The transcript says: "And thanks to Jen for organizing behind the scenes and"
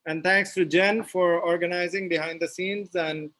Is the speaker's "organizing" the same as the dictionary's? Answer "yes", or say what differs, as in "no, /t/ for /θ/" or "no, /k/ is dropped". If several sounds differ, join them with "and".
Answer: yes